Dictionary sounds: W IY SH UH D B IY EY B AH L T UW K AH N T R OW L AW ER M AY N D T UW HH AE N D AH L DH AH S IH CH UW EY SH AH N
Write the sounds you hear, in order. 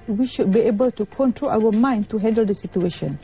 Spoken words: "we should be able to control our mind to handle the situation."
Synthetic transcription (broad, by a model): W IY SH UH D B IY EY B AH L T UW K AH N T R OW L AW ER M AY N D T UW HH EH N D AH L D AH S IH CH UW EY SH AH N